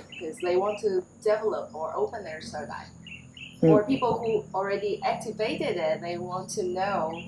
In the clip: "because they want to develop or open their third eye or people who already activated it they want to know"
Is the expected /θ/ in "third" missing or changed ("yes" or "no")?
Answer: yes